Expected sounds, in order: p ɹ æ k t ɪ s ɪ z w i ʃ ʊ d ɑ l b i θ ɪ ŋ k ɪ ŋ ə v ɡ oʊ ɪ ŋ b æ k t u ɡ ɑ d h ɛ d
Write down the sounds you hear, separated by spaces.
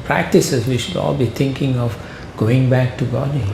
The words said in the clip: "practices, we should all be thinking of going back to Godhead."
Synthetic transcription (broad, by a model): p ɹ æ k t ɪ s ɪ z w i ʃ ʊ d ɑ l b i t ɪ ŋ k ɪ ŋ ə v ɡ oʊ ɪ ŋ b æ k t u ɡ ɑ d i